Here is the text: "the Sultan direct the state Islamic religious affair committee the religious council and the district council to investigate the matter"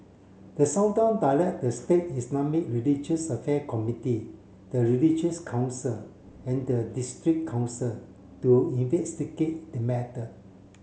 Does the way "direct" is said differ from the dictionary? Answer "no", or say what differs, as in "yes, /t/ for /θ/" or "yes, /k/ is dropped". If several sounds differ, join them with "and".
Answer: yes, /l/ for /ɹ/